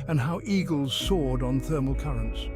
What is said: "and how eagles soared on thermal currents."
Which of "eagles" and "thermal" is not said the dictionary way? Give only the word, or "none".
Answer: none